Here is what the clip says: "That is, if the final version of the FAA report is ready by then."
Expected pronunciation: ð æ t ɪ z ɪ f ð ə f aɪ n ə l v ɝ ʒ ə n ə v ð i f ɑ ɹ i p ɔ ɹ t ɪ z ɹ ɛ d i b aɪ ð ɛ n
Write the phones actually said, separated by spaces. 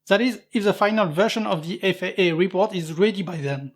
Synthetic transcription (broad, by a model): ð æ t ɪ z ɪ f ð ə f aɪ n ə l v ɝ ʃ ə n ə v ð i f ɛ ɹ i p ɔ ɹ t ɪ z ɹ ɛ d i b aɪ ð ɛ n